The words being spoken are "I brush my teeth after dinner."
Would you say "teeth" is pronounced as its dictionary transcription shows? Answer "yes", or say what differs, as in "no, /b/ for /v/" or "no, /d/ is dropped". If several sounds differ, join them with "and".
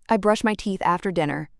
yes